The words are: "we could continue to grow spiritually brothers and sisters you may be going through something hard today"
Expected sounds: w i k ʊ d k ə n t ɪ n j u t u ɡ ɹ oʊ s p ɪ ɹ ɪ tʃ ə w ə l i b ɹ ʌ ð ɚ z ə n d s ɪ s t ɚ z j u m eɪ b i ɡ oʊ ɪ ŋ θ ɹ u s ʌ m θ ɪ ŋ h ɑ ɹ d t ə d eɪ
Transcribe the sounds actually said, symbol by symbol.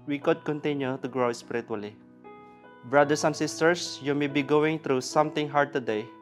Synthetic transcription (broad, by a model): w i k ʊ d k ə n t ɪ n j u t u ɡ ɹ oʊ s p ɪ ɹ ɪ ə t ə l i b ɹ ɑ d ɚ s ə n s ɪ s t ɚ s j u m eɪ b i ɡ oʊ ɪ ŋ t ɹ u s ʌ m t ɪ ŋ h ɑ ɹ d t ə d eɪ